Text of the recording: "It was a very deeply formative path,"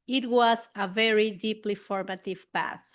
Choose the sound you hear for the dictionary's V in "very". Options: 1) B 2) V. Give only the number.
2